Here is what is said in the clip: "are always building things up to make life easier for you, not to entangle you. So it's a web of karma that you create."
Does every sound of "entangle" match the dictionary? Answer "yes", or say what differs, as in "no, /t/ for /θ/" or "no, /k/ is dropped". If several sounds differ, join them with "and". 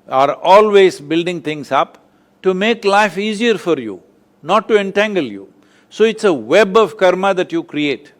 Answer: yes